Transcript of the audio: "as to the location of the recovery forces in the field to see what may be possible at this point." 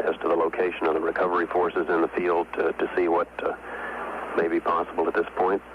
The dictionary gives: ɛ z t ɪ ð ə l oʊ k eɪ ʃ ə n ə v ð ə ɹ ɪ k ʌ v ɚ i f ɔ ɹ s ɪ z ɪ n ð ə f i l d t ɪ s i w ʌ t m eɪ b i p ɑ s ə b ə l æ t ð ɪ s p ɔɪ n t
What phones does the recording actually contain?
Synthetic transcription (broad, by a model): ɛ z t ɪ ð ə l oʊ k eɪ ʃ ə n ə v ð ə ɹ ɪ k ʌ v ɚ i f ɔ ɹ s ɪ z ɪ n ð ə f i l d t ɪ s i w ʌ t m eɪ b i p ɑ s ə b l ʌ t ð ɪ s p ɔɪ n t